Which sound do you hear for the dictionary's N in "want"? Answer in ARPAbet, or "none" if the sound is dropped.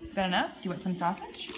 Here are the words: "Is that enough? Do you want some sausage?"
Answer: none